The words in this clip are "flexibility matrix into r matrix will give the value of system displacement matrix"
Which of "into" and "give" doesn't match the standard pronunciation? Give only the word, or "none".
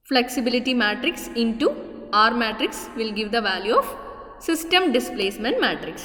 none